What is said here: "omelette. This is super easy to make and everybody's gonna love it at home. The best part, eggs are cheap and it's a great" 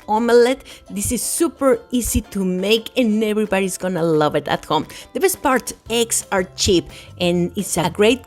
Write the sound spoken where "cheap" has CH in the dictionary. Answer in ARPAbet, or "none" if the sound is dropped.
CH